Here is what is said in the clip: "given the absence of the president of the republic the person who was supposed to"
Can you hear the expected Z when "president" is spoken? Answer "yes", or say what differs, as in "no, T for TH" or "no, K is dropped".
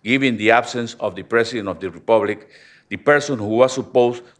no, S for Z